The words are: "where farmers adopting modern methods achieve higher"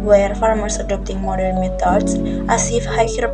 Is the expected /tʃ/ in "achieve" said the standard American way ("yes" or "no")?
no